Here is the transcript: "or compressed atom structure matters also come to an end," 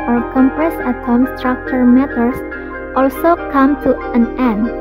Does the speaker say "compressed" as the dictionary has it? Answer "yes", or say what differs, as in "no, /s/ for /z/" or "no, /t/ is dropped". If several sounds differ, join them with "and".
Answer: no, /t/ is dropped